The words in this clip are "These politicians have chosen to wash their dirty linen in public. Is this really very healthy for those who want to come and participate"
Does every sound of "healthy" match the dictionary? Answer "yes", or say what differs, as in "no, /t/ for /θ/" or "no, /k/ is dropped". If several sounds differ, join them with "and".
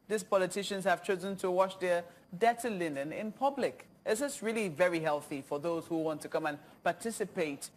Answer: yes